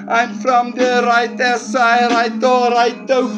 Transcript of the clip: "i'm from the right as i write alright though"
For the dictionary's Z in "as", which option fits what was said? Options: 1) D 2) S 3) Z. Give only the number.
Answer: 2